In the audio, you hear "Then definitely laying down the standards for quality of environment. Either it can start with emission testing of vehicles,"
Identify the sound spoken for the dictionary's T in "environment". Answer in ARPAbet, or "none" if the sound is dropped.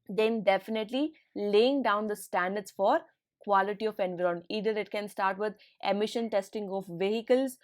none